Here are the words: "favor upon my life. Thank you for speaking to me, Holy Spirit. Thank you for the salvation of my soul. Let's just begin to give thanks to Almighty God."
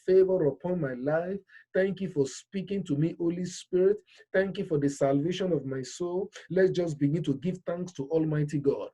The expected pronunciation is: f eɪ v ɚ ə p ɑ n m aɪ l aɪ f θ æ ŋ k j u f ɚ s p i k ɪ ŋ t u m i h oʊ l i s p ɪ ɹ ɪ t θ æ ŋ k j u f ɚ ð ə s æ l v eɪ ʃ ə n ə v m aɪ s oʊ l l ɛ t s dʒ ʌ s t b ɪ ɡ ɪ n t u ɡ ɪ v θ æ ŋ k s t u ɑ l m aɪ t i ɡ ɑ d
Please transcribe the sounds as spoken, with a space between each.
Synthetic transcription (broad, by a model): f eɪ v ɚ ə p ɑ n m aɪ l aɪ f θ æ ŋ k j u f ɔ s p i k ɪ ŋ t u m i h oʊ l i s p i ɹ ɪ t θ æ ŋ k j u f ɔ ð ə s æ l v eɪ ʃ ə n ə v m aɪ s oʊ l l ɛ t dʒ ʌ s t b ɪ ɡ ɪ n t u ɡ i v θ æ ŋ k s t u ɑ l m aɪ t i ɡ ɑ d